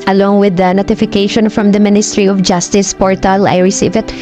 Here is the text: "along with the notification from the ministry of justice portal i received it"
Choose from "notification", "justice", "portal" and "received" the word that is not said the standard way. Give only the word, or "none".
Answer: received